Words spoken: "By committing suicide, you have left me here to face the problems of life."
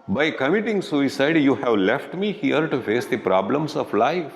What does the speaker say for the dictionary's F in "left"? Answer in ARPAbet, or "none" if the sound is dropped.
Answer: F